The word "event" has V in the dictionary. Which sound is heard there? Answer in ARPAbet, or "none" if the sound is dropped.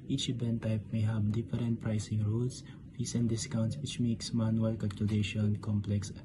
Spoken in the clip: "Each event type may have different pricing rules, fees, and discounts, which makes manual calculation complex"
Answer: B